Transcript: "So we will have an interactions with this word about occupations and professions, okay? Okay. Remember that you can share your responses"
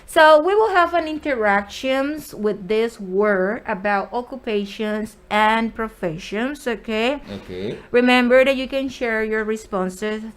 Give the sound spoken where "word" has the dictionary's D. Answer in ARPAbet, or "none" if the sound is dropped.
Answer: none